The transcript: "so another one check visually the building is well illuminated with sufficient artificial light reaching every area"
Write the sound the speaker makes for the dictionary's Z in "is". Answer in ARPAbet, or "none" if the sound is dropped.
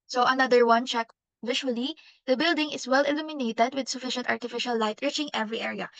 S